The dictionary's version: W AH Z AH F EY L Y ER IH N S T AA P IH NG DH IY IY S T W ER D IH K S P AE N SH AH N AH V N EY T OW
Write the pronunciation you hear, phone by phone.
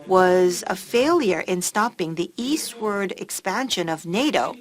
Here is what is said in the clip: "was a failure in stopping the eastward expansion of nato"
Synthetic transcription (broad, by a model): W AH Z AH F EY L Y ER IH N S T AA P IH NG DH IY IY S T W ER D IH K S P AE N SH AH N AH V N EY T OW